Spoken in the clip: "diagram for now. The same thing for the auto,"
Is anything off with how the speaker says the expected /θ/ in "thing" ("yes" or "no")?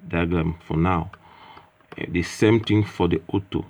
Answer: yes